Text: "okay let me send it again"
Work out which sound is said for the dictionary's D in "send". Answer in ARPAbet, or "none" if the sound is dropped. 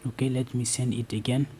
none